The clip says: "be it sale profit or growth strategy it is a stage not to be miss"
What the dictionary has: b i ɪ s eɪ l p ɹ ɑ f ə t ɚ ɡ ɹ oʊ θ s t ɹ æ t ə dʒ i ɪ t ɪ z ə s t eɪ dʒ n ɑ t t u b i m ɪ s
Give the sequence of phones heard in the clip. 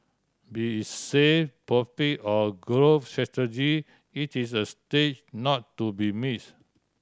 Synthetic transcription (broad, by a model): b i s eɪ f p ɑ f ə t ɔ ɡ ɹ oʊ f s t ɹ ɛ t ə dʒ i ɪ t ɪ s ə s t eɪ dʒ n ɑ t t u b i m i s